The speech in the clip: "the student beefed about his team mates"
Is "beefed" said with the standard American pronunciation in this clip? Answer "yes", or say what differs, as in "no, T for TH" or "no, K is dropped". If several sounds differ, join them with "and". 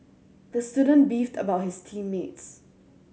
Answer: yes